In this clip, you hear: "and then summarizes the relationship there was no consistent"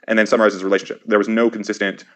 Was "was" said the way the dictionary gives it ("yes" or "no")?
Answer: yes